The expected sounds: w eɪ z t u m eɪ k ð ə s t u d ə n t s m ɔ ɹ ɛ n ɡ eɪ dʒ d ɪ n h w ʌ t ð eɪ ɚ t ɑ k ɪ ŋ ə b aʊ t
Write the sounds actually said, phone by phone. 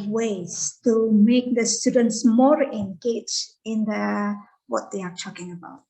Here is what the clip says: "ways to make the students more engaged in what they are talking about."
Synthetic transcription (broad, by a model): w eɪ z t u m eɪ k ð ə s t u d ə n t s m ɔ ɹ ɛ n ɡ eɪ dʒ ɪ n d w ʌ t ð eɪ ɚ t ɑ k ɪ ŋ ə b aʊ t